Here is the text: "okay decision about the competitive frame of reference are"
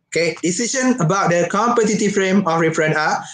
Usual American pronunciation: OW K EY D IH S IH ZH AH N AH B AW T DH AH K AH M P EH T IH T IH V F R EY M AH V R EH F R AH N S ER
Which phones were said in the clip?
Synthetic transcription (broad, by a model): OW K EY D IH S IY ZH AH N AH B AW T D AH K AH M P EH T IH T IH F R EY M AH F R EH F R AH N AA